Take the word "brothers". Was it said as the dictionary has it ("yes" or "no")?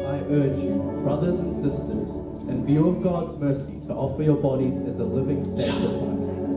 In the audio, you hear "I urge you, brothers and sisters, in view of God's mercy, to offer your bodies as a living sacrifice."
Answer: yes